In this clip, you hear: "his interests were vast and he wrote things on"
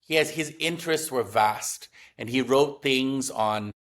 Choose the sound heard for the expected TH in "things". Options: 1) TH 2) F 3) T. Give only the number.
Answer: 1